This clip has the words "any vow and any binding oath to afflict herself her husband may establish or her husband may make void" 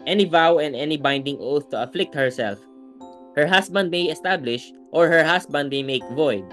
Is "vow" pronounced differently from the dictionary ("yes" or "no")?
no